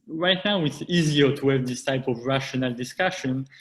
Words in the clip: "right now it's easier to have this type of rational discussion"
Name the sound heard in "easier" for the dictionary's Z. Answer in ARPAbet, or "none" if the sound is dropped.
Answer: Z